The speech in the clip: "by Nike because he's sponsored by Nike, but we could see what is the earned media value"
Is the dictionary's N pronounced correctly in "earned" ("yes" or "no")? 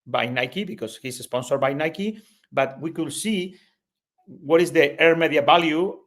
no